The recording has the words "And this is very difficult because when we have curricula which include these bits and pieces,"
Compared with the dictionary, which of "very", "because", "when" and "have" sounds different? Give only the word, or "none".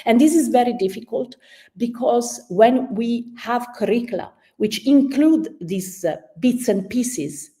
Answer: none